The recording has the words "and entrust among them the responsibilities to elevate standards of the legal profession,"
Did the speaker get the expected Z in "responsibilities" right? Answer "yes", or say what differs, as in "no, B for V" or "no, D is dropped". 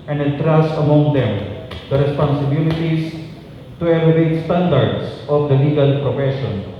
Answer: no, S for Z